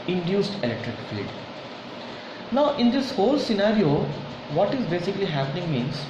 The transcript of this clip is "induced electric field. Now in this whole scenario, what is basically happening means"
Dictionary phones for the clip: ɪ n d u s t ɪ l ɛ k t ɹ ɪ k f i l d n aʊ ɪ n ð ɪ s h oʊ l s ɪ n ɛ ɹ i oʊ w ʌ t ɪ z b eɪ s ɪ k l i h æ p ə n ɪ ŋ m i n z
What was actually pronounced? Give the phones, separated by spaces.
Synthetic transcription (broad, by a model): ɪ n d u s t ɪ l ɛ k t ɹ ɪ k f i d n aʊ ɪ n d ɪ s h oʊ l s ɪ n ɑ ɹ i oʊ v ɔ t ɪ z b eɪ s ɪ k l i h æ p ə n ɪ ŋ m i n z